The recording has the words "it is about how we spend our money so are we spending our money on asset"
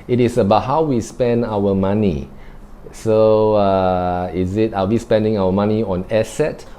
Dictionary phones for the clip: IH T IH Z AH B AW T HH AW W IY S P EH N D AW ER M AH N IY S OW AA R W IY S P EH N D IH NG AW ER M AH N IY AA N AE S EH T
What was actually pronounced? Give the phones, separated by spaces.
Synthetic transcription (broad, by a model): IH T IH S AH B AW T HH AW W IY S P EH N D AW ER M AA N IY S OW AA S W IY S P EH N D IH NG AW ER M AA N IY AA N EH S EH T